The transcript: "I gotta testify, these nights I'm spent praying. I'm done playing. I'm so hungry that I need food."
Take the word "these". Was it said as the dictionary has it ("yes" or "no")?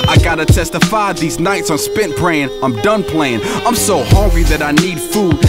yes